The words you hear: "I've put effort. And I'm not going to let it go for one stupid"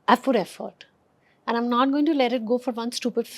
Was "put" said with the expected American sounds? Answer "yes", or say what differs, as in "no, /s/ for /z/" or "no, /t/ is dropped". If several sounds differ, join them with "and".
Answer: no, /f/ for /p/